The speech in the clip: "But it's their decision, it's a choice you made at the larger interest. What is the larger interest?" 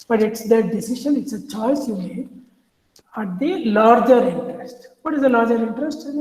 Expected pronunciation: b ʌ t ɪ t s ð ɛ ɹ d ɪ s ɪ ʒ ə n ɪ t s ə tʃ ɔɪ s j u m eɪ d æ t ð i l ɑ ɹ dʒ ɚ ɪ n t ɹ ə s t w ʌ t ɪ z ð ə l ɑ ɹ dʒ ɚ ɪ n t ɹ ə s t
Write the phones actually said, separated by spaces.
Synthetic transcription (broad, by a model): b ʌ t ɪ t s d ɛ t d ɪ s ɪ ʃ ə n ɪ t s ə tʃ ɔɪ s j u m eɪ æ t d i l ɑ ɹ dʒ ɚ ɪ n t ɹ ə s t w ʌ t ɪ z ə l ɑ ɹ dʒ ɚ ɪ n t ɹ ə s t